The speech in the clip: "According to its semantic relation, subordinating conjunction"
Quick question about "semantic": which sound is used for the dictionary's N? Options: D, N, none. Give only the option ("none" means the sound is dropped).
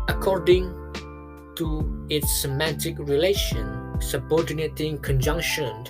N